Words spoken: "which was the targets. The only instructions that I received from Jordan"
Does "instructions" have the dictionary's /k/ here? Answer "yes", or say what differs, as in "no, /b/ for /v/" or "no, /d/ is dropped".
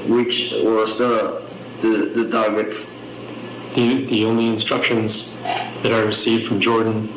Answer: yes